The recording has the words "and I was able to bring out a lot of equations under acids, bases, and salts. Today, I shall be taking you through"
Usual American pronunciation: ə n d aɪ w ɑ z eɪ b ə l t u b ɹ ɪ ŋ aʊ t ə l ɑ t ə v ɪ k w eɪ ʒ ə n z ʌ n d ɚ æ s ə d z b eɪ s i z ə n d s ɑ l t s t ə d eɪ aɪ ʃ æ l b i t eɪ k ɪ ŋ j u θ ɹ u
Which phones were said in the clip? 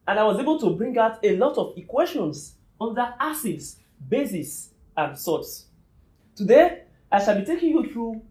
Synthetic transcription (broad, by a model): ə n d aɪ w ɑ z eɪ b ə l t u b ɹ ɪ ŋ aʊ t ə l ɑ t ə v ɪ k w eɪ ʃ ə n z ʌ n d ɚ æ s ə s b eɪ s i s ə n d s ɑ t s t ə d eɪ aɪ ʃ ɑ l b i t eɪ k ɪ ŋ j u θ ɹ u